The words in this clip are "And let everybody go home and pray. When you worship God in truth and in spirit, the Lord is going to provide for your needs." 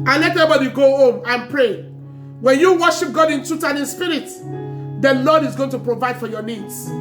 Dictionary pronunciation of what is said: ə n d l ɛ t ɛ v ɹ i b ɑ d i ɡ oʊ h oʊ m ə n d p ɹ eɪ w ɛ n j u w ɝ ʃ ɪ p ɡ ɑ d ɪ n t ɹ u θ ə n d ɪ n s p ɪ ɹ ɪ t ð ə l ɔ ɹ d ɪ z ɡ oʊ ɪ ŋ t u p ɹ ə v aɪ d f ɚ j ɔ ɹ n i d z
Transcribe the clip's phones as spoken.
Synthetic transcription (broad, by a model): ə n l ɛ t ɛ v i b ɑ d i ɡ oʊ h oʊ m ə n p ɹ eɪ w ɛ n j u w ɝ ʃ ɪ p ɡ ɑ d ɪ n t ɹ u t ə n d ɪ n s p ɪ ɹ ɪ t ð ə l ɔ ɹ d ɪ z ɡ oʊ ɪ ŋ t u p ɹ ə v aɪ d f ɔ j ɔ n i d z